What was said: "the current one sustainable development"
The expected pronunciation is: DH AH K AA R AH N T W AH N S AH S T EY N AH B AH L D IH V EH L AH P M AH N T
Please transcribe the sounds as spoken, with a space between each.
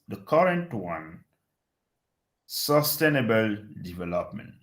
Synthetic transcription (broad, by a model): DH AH K AA R AH N T W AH N S AH S T EY N AH B AH L D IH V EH L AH P M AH N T